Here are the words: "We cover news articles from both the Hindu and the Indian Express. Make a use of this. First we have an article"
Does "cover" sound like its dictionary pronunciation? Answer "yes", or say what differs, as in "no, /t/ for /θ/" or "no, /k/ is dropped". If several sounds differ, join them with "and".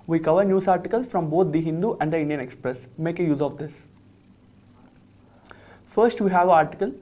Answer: yes